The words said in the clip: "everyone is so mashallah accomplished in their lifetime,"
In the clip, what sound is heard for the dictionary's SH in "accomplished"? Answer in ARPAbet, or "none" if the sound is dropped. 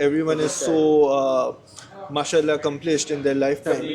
S